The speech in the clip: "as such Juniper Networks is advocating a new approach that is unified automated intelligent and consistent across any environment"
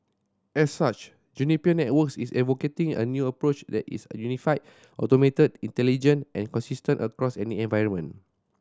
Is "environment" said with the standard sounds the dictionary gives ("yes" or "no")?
no